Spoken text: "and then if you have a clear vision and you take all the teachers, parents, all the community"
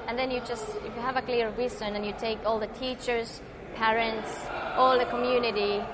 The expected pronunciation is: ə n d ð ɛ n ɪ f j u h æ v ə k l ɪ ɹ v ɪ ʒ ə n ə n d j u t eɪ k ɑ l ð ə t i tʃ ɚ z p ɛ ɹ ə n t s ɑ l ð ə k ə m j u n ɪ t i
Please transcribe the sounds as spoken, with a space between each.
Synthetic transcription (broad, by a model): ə n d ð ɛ n ɪ f j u h æ v ə k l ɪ ɹ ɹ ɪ s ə n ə n j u t eɪ k ɑ l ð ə t i tʃ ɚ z p ɛ ɹ ə n t s ɑ l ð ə k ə m j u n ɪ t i